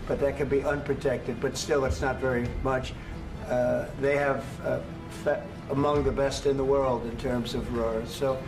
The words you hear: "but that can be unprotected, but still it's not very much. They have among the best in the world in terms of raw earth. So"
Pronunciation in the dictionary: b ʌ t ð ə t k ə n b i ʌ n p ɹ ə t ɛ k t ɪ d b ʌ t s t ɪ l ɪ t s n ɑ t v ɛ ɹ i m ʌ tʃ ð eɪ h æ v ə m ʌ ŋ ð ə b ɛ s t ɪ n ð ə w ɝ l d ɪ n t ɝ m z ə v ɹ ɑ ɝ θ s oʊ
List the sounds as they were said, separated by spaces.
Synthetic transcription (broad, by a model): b ʌ t ð ə t k ə n b i ʌ n p ɹ ə t ɛ k t ɪ d b ʌ t s t ɪ l ɪ t s n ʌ t v ɛ ɹ i m ʌ tʃ ð eɪ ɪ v ə m ʌ ŋ ð ə b ɛ s t ɪ n ð ə w ɝ l d ɪ n t ɝ m z ə v ɹ ɑ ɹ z s oʊ